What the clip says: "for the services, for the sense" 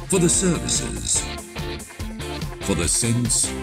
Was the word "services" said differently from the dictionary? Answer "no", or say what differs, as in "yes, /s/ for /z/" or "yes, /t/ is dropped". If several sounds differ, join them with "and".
no